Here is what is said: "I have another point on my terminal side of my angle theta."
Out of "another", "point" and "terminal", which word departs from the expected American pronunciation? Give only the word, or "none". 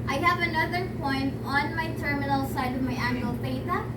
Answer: none